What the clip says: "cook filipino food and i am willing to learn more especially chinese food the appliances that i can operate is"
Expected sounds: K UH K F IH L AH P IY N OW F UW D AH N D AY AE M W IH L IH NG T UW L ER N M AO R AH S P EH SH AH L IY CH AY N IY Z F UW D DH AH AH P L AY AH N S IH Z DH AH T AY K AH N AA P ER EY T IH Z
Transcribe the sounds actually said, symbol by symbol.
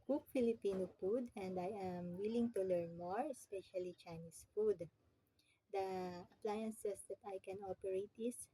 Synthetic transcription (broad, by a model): K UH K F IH L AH P IY N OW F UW D AH N D AY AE M W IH L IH NG T UW L ER N M AO R AH S P EH SH AH L IY CH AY N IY S F UW D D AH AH P L AY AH N S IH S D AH T AY K AH N AA P ER EY T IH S